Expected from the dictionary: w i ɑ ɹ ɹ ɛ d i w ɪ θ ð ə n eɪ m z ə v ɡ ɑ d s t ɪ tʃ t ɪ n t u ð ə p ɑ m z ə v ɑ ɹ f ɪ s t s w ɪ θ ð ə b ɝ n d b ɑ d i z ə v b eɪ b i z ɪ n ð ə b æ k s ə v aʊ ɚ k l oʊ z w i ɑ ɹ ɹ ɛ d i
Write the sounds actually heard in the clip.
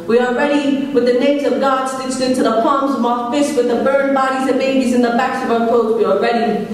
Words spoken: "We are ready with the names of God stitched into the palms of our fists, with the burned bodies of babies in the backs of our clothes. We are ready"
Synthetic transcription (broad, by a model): w i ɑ l ɹ ɛ d i w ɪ ð ə n eɪ m z ə v ɡ ɑ d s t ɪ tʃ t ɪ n t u ð ə p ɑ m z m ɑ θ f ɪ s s w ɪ ð ə b ɝ n b ɑ d i z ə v b eɪ b i z ɪ n ð ə b æ k s ə v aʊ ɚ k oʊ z w i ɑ l ɹ ɛ d i